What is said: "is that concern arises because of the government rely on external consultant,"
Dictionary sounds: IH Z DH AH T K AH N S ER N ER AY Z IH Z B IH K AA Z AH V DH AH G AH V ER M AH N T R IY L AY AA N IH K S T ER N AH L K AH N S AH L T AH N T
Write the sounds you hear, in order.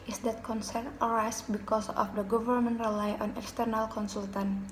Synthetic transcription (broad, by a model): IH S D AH T K AH N S ER N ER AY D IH S B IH K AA S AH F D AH G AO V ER M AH N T R IY L AY AA N IH K S T ER N AH L K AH N S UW L T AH N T